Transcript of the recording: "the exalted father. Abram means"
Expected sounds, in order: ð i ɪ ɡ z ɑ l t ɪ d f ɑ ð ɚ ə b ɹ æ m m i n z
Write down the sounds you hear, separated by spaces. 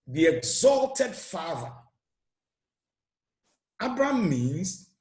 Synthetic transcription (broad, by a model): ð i ɪ ɡ z ɑ l t ɪ d f ɑ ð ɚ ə b ɹ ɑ m m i n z